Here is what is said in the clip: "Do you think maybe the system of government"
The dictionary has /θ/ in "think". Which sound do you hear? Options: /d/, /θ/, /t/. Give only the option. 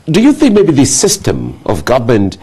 /θ/